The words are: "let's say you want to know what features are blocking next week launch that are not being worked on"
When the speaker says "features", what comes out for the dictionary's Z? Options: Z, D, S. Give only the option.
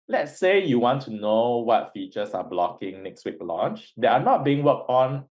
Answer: S